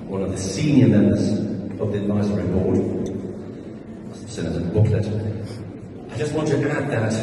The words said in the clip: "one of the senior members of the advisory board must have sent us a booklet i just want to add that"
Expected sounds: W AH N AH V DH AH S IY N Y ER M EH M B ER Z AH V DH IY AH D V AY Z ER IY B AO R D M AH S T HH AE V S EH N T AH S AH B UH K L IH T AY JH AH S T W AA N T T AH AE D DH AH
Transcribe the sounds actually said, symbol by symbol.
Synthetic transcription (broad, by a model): W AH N AH V DH AH S IY N Y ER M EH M B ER Z AH V DH IY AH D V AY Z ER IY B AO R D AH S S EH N AH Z AH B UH K L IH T AY JH AH S T W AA N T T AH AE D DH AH